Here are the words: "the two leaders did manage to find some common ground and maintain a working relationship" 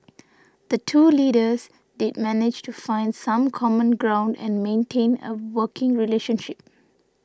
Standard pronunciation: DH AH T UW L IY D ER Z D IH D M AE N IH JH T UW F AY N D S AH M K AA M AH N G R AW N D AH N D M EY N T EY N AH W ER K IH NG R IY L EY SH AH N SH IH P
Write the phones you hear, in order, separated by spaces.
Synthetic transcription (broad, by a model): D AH T UW L IY D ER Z D IH D M AE N IH JH T UW F AY N D S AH M K AA M AH N G R AW N D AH N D M EY N T EY N AH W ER K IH NG R IY L EY SH AH N SH IH P